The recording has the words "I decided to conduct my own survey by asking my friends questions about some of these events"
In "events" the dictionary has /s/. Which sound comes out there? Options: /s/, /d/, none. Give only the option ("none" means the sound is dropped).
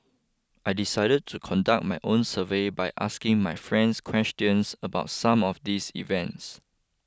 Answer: /s/